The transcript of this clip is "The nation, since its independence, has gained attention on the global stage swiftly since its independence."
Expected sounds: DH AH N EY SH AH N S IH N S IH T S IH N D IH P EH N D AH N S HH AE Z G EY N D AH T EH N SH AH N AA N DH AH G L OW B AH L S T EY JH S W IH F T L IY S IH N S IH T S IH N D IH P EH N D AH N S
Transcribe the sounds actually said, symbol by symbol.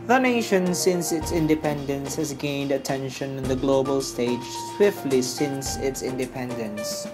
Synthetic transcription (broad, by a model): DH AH N EY SH AH N S IH N S IH T S IH N D IH P EH N D AH N S HH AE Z G EY N D AH T EH N SH AH N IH N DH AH G L OW B AH L S T EY JH S W IH F T L IY S IH N S IH T S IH N D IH P EH N D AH N S